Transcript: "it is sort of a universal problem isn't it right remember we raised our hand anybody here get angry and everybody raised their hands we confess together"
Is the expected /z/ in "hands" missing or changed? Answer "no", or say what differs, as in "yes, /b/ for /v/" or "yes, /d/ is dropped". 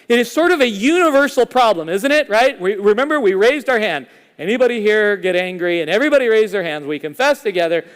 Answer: no